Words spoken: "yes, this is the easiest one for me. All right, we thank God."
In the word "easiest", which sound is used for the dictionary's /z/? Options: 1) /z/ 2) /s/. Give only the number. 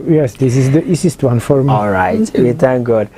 2